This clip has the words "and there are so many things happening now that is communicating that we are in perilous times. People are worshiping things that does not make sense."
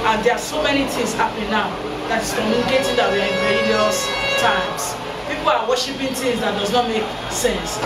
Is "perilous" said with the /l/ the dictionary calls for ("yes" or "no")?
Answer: no